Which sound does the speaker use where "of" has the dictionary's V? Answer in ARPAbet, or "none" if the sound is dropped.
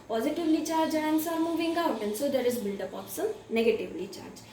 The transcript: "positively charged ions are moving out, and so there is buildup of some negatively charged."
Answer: P